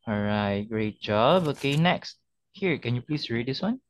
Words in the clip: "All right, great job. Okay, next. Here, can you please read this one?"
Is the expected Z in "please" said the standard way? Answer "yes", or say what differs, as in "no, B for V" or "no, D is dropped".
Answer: no, S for Z